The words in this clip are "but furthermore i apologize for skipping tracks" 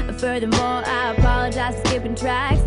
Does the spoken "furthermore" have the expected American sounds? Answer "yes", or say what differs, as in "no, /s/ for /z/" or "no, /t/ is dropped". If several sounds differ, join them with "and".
yes